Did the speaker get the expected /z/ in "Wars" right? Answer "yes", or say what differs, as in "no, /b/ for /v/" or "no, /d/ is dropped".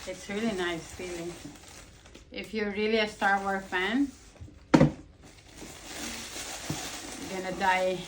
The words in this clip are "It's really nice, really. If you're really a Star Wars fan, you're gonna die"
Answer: no, /z/ is dropped